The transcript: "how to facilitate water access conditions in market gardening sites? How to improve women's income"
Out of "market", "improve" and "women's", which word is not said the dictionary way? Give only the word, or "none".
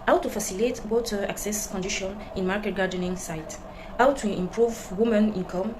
women's